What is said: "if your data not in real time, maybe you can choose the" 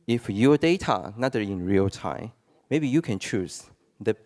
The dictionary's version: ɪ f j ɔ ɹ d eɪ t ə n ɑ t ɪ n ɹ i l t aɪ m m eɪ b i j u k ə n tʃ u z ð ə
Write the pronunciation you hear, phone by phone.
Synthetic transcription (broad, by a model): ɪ f j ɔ d eɪ t ə n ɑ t ɪ n ɹ i l t aɪ m m eɪ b i j u k ə n tʃ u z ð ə